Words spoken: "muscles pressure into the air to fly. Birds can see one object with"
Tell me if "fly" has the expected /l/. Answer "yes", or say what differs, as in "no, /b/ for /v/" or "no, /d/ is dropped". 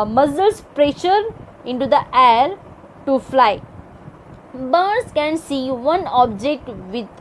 yes